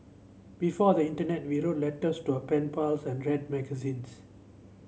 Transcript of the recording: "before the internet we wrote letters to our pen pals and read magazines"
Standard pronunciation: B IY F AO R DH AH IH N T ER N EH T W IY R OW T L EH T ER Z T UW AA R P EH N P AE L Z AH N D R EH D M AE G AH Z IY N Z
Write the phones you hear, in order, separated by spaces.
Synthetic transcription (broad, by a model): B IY F AO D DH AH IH N T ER N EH T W IY R OW T L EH T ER S T UW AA P EH N P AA L S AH N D R EH D M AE G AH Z IY N S